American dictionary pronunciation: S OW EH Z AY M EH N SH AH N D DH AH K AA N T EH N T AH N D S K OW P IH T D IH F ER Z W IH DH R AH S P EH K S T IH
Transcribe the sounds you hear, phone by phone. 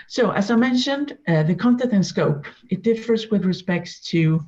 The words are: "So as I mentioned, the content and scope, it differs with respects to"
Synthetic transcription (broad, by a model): S OW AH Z AY M EH N SH AH N D DH AH K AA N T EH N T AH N S K OW P IH T D IH F ER Z W IH DH R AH S P EH K T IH